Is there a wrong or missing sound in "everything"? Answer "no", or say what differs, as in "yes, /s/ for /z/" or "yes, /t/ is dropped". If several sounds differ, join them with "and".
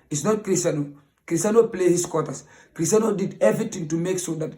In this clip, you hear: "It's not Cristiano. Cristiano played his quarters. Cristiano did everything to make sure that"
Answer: yes, /t/ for /θ/